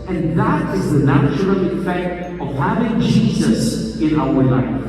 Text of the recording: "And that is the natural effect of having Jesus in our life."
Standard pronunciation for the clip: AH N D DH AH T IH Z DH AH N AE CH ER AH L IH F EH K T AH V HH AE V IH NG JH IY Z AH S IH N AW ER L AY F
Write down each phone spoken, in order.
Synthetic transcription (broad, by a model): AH N DH AH T IH Z DH AH N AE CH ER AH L IH F EH K T AH V HH AE V IH NG JH IY Z AH S IH N AW ER L AY F